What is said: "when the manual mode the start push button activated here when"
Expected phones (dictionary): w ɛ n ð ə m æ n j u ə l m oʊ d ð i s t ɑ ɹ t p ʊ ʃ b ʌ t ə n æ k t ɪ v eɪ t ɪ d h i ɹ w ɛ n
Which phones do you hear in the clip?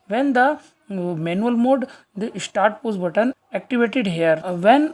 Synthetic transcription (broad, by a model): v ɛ n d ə m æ n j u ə l m oʊ d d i s t ɑ ɹ t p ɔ s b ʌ t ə n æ k t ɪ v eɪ t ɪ d h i ɹ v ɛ n